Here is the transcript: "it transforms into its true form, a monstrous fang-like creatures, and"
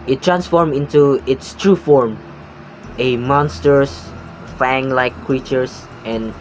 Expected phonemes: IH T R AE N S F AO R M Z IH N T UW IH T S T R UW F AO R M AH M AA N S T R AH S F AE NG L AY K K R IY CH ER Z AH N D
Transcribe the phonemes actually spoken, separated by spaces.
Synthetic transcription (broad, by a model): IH T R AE N S F AO R M IH N T UW IH T S T R UW F AO R M AH M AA N S T R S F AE NG L AY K K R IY CH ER S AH N